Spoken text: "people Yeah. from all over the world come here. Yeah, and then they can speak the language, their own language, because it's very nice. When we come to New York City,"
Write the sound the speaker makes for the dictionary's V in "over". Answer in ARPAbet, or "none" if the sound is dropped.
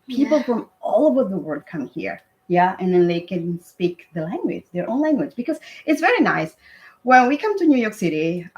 B